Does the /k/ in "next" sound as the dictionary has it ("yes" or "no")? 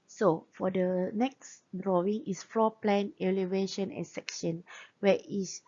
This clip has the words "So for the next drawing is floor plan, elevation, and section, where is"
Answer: yes